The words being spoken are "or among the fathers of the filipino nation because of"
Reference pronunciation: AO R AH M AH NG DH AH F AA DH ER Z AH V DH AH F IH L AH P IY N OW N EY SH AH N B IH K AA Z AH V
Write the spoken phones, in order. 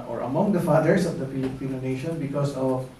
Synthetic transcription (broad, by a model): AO R AH M AH NG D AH F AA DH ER S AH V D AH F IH L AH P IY N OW N EY SH AH N B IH K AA S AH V